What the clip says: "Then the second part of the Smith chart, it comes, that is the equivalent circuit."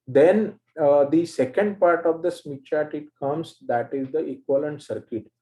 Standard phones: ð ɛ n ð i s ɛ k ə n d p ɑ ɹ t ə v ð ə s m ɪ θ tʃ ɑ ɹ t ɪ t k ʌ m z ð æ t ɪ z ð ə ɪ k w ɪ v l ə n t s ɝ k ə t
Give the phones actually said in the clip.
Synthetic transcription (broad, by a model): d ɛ n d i s ɛ k ə n d p ɑ ɹ t ə v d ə s m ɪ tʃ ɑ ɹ t ɪ t k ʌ m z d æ t ɪ z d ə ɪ k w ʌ l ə n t s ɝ k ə t